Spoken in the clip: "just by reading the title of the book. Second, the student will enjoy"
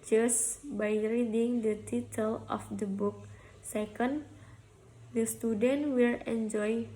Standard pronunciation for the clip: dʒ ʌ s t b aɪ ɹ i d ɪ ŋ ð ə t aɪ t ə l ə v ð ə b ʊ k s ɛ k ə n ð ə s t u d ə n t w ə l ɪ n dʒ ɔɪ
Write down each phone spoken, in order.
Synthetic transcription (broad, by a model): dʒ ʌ s b aɪ ɹ i d ɪ ŋ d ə t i t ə l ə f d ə b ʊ k s ɛ k ə n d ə s t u d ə n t w ə l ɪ n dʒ ɔɪ